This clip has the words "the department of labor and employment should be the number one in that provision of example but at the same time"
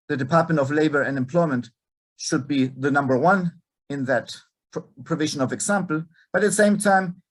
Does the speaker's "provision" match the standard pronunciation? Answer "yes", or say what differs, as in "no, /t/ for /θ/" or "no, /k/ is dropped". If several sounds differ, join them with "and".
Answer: yes